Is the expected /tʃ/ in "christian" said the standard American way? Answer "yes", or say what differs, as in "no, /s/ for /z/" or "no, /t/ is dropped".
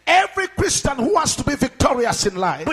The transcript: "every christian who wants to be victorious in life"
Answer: yes